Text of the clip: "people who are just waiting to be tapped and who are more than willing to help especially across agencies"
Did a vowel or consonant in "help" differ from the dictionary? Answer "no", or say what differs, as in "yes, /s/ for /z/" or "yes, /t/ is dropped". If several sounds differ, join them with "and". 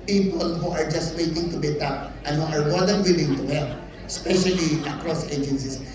yes, /p/ is dropped